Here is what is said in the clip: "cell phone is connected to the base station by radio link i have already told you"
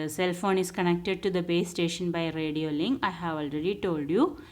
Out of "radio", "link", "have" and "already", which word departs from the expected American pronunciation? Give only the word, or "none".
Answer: link